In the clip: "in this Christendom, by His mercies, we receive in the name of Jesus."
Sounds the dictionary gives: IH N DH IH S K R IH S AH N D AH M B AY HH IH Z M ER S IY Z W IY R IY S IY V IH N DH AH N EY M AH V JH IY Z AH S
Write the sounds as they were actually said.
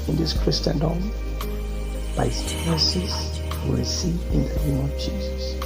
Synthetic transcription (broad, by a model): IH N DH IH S K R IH S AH N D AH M B AY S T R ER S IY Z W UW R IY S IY IH N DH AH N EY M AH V JH IY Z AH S